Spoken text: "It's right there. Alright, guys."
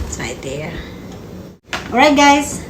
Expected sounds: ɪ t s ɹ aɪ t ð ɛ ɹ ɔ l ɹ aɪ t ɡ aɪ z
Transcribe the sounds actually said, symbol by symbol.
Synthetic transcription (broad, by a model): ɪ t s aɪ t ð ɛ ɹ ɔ ɹ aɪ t ɡ aɪ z